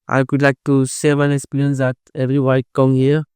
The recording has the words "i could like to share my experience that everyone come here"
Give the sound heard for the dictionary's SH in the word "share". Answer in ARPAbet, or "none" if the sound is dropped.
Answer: S